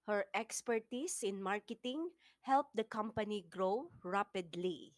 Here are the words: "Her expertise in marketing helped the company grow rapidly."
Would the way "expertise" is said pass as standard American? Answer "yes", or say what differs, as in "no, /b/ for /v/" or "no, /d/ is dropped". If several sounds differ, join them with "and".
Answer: no, /s/ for /z/